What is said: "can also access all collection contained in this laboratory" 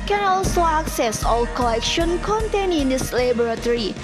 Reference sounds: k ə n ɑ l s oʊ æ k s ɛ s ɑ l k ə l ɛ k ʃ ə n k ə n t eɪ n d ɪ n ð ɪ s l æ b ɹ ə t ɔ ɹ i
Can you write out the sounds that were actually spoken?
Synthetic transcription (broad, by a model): k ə n ɑ l s oʊ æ k s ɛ s ɑ l k ə l ɛ k ʃ ə n k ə n t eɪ n ɪ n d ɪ s l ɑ b ɹ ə t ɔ ɹ i